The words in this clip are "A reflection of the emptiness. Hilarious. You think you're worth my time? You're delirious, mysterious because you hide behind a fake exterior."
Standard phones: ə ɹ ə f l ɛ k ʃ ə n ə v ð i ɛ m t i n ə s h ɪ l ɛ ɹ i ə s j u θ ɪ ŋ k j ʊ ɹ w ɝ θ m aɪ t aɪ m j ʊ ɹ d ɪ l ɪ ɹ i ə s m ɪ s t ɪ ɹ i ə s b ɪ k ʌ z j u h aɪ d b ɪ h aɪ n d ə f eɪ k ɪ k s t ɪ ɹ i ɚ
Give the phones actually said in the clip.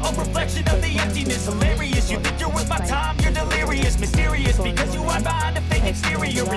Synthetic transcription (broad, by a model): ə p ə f l ɛ k ʃ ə n ə v ð i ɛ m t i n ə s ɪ l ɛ ɹ i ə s j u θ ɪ k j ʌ ɹ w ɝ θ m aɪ t aɪ m j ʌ ɹ d ɪ l ɪ ɹ i ə s m ɪ s t ɪ ɹ i ə s b ɪ k ʌ z j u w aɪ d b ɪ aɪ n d ə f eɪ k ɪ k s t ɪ ɹ i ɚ